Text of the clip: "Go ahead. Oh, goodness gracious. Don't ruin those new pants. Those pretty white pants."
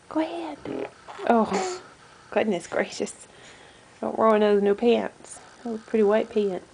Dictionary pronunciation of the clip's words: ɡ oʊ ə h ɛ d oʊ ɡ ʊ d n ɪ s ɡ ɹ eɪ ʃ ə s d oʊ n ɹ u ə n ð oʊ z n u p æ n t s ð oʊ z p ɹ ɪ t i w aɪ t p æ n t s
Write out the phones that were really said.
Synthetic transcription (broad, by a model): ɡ oʊ ə h ɛ d oʊ ɡ ʊ d n ɪ s ɡ ɹ eɪ ʃ ə s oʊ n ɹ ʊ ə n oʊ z n u p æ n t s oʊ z p ɹ ɪ t i w aɪ t p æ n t